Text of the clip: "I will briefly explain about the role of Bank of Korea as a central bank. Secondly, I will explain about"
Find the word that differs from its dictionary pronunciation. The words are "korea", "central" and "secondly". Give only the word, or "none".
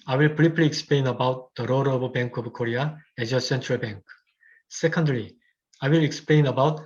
none